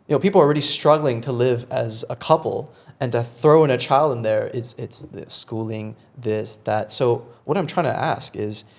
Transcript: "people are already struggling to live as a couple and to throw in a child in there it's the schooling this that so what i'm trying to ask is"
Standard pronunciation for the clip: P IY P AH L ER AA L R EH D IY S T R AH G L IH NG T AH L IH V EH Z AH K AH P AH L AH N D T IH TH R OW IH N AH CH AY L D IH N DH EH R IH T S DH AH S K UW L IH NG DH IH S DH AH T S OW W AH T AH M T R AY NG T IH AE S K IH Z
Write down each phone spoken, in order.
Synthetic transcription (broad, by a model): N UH P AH L ER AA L R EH D IY S T R AH G L IH NG T AH L IH V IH Z AH K AH P L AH N T IH TH R OW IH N AH CH AY L D IH N DH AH R IH T S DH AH S K UW L IH NG DH IH S DH AH T S OW W AH T AH M T R AY NG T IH AE S K IH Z